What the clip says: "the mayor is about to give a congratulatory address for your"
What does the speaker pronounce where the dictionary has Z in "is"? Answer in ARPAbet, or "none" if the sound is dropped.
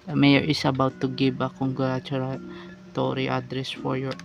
S